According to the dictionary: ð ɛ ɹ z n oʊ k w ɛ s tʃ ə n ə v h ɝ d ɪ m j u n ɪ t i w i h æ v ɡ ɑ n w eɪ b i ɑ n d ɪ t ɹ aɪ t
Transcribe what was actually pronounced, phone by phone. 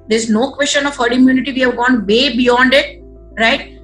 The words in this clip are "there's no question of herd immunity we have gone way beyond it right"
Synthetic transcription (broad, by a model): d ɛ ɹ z n oʊ k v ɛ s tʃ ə n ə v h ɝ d ɪ m j u n ɪ t i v i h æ v ɡ ɑ n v eɪ b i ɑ n d ɪ t ɹ aɪ t